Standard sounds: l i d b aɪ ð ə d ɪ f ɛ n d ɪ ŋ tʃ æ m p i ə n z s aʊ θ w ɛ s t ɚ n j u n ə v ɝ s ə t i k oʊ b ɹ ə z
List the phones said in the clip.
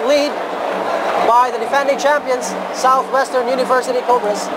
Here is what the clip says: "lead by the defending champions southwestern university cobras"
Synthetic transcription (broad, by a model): l i d b aɪ ð ə d ɪ f ɛ n d ɪ ŋ tʃ æ m p i ə n z s aʊ θ w ɛ s t ɚ n j u n ə v ɝ s ə t i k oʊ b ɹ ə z